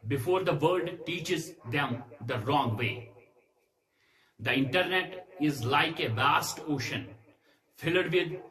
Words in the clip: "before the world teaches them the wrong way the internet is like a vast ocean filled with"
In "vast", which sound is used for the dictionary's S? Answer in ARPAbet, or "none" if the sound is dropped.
S